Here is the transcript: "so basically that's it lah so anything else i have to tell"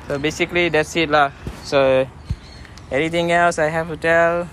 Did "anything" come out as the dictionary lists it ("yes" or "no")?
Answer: no